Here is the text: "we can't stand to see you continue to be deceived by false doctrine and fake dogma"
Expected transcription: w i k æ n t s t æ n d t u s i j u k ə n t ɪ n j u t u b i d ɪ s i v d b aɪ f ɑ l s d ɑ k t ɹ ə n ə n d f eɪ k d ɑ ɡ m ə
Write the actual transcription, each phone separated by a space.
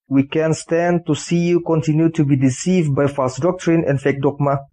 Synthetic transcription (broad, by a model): w i k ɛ n s t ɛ n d t u s i j u k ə n t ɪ n j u t u b i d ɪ s i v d b aɪ f ɑ s d ɑ k t ɹ ə n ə n f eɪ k d ɑ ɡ m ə